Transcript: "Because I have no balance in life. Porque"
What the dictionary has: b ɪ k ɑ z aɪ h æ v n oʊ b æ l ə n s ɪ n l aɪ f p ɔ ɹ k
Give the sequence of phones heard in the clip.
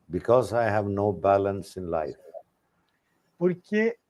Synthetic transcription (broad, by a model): b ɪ k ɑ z aɪ h æ v n oʊ b æ l ə n s ɪ n l aɪ f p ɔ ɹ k